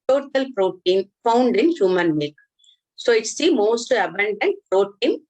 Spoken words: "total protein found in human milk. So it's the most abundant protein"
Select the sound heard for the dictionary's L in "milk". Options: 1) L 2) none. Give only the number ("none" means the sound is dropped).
2